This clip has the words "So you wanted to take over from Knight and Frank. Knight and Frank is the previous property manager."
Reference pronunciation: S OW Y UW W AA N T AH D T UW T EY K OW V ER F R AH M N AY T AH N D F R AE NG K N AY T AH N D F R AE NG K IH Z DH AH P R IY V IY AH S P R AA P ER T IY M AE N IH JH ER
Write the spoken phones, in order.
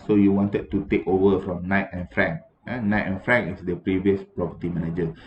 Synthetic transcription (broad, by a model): S OW Y UW W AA N T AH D T UW T EY K OW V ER F R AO M N AY T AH N F R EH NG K N AY T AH N F R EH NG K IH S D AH P R IY V IY AH S P R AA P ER T IY M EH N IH JH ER